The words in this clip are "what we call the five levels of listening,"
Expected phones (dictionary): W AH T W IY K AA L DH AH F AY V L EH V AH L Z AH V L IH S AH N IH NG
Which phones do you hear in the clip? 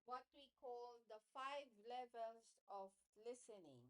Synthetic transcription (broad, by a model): W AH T W IY K AA L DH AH F AY V L EH V AH L Z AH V L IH S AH N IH NG